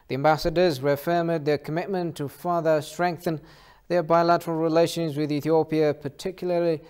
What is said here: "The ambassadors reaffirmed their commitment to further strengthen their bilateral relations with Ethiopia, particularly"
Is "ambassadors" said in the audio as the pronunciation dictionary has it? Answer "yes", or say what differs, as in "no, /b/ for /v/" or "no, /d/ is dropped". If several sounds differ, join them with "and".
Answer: yes